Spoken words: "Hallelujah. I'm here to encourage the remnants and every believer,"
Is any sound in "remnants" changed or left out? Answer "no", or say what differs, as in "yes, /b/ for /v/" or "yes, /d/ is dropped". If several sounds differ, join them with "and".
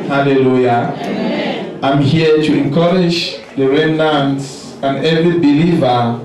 yes, /m/ is dropped